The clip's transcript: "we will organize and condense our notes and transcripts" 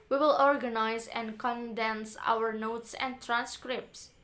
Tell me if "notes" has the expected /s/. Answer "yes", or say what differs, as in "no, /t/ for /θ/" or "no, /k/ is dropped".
yes